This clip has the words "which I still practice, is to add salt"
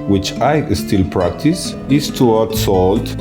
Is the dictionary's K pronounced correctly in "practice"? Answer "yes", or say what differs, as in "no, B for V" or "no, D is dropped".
yes